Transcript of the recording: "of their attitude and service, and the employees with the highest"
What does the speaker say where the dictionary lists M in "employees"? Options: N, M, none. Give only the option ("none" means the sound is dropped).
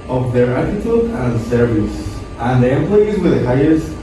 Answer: M